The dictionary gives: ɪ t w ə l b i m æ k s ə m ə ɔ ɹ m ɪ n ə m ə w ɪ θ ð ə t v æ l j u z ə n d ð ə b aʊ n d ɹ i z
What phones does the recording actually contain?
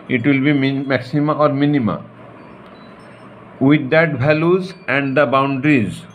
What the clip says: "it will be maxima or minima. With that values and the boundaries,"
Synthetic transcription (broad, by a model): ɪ t w ə l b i m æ k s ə m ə ɔ ɹ m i n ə m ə w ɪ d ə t b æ l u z ə n d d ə b aʊ n d ɹ i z